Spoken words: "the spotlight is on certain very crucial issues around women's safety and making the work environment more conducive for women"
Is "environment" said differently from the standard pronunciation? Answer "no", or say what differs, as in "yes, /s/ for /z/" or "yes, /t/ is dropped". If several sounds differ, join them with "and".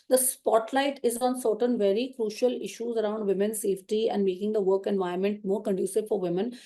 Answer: yes, /ɹ/ is dropped